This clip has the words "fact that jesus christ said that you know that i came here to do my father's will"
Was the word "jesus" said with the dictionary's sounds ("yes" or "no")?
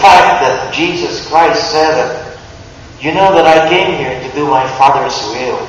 yes